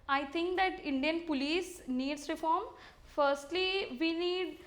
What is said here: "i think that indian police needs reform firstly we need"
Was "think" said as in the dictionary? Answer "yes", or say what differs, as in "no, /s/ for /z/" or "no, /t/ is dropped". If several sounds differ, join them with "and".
no, /t/ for /θ/